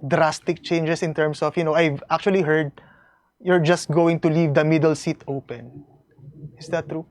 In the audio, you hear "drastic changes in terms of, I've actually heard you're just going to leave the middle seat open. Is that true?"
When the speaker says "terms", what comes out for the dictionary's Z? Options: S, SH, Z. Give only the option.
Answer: S